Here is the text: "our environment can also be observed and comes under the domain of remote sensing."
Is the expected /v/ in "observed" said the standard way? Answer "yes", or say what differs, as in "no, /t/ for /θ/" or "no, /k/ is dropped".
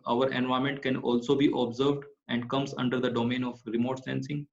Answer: yes